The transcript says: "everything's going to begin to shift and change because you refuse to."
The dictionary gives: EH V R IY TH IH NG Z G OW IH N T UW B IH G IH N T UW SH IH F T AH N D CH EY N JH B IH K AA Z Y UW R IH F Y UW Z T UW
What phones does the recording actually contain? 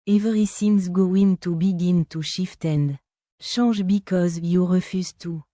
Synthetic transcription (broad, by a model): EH V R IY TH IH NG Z G OW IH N T UW B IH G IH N T UW SH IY F T AH N D SH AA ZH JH B IH K AA Z Y UW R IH F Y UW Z T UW